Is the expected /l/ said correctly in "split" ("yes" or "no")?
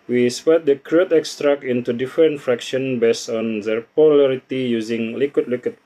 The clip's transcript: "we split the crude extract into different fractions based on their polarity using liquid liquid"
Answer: no